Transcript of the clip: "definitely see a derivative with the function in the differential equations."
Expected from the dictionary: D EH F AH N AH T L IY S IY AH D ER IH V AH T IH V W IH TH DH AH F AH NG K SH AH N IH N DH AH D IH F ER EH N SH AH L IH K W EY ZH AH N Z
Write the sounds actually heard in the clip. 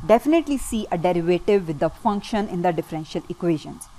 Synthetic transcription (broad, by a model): D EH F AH N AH T L IY S IY AH D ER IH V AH T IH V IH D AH F AH NG K SH AH N IH N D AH D IH F ER EH N SH AH L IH K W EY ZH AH N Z